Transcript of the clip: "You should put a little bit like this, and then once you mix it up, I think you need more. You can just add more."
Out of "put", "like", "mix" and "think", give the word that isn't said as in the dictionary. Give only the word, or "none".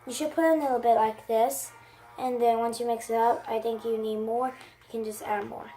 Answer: none